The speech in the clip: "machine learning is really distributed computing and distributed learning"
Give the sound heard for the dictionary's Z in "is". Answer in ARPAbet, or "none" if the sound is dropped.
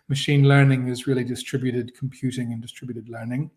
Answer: Z